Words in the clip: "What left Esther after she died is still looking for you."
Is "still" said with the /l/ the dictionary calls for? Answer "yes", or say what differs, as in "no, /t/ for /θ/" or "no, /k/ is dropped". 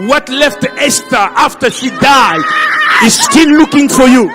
no, /n/ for /l/